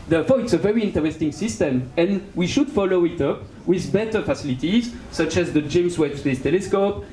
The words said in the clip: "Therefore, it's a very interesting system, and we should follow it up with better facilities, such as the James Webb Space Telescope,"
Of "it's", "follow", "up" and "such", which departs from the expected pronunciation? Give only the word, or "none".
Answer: none